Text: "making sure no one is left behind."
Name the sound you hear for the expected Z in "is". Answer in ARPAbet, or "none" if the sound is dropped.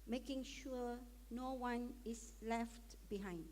S